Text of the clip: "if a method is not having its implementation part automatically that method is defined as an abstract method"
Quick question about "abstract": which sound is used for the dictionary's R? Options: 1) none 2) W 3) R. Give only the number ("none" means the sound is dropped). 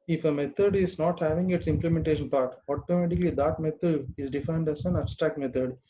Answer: 3